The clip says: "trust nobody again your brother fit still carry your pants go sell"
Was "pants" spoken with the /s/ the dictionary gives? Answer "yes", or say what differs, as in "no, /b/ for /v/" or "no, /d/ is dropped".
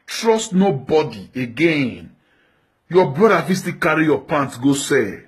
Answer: no, /s/ is dropped